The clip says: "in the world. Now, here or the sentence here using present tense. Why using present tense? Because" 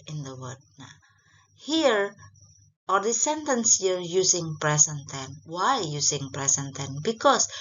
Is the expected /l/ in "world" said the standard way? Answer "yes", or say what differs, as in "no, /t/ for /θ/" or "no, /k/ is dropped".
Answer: no, /l/ is dropped